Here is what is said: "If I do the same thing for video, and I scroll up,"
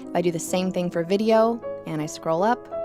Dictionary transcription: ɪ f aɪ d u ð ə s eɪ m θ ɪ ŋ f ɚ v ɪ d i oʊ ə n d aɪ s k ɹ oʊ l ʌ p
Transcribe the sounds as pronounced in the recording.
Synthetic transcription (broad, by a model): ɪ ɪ d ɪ ð ə s eɪ m θ ɪ ŋ f ɚ v ɪ d i oʊ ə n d aɪ s k ɹ oʊ l ʌ p